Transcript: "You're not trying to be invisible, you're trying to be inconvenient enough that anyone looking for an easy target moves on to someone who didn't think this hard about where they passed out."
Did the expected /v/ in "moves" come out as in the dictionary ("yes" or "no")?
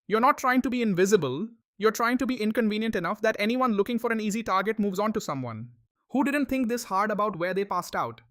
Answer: yes